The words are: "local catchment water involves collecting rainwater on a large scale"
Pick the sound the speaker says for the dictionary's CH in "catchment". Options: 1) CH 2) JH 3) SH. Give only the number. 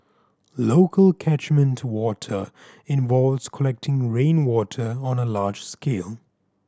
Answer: 1